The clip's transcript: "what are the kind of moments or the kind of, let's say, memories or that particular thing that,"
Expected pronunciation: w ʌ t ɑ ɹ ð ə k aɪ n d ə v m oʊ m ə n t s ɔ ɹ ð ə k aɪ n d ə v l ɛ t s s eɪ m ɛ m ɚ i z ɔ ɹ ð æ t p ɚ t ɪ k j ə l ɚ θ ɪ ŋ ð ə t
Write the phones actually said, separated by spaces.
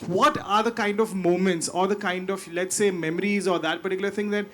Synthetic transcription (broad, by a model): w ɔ t ɑ ɹ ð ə k aɪ n d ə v m oʊ m ə n t s ɔ ɹ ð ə k aɪ n d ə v l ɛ t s s eɪ m ɛ m ɚ i z ɔ ɹ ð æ t p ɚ t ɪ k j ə l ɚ t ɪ ŋ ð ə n